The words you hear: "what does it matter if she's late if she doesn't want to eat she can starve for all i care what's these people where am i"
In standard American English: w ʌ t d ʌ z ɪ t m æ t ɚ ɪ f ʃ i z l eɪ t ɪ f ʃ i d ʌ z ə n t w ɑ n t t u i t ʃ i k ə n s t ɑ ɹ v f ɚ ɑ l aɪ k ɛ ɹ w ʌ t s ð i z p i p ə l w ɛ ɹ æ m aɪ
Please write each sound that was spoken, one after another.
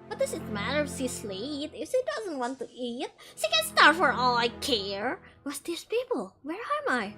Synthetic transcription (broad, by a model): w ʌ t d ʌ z ɪ t m æ t ɚ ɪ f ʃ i s l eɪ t ɪ f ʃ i d ʌ z ə n t w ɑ n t t u i t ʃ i k ə n s t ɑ ɹ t f ɚ ɑ l aɪ k ɛ ɹ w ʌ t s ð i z p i p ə l w ɛ ɹ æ m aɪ